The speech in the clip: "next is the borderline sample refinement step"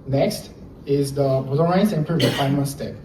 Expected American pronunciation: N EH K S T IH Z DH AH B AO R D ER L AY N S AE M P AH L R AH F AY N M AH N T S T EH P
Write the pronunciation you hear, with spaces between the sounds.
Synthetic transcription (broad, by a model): N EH K S T IH Z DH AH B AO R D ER AY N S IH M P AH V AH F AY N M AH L S T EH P